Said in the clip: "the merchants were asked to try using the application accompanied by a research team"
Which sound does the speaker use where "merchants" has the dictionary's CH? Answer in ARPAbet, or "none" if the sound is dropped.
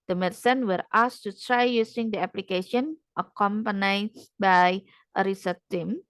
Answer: S